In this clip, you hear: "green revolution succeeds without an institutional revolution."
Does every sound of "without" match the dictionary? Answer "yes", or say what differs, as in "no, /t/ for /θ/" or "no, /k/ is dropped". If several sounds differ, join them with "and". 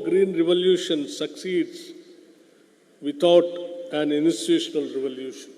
no, /t/ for /θ/